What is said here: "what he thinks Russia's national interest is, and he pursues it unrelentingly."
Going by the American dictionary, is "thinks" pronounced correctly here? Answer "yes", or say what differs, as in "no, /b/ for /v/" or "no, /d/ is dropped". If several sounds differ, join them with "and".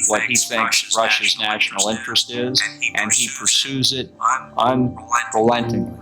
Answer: yes